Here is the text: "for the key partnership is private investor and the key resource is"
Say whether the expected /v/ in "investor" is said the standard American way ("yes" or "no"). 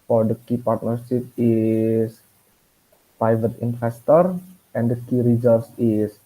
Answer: no